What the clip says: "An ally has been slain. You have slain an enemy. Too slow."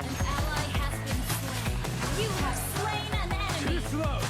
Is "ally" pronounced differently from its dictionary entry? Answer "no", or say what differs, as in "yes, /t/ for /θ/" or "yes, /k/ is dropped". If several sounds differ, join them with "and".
no